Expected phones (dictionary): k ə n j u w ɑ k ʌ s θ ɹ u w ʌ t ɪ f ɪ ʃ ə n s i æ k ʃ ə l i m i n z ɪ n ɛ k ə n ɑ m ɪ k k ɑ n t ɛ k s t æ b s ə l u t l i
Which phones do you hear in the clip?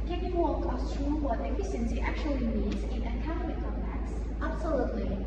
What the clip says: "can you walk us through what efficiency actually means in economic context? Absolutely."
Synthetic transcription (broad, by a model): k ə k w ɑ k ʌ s t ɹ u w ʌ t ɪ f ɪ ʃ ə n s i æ k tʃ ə l i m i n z ɪ n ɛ k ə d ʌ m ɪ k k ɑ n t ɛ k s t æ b s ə l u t l i